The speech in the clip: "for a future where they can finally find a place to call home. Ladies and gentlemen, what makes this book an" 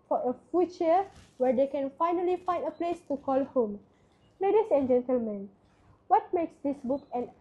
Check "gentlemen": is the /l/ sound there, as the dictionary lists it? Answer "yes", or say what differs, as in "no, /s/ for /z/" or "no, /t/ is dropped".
yes